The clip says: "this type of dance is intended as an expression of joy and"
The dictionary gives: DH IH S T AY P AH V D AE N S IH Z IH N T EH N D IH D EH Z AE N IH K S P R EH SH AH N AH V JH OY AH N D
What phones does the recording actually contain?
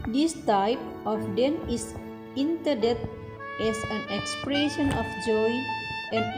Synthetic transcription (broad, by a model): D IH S T AY P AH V D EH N IH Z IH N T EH D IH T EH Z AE N IH K S P R EH SH AH N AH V JH OY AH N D